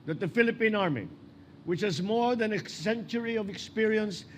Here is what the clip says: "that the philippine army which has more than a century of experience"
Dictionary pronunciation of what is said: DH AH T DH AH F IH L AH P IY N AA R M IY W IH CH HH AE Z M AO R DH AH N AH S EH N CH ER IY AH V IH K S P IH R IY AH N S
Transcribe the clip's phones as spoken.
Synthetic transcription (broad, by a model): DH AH T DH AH F IH L AH P IY N AA R M IY W IH CH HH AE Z M AO R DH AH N AH S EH N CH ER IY AH V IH K S P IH R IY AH N S